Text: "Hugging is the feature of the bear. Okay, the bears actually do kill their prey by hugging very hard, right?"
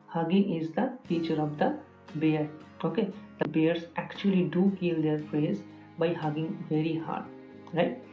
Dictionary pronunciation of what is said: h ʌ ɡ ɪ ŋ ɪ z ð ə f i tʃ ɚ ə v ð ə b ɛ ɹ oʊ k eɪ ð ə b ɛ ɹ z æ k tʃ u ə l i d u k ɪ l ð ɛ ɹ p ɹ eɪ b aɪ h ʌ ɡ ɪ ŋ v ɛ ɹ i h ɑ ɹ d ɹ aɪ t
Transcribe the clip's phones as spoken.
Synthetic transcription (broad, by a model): h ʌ ɡ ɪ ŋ ɪ z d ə f i tʃ ɚ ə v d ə b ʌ ɹ oʊ k eɪ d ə b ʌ ɹ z æ k tʃ u ə l i d u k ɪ l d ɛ ɹ f ɹ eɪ b aɪ h ʌ ɡ ɪ ŋ v ɛ ɹ i h ɑ ɹ d ɹ aɪ t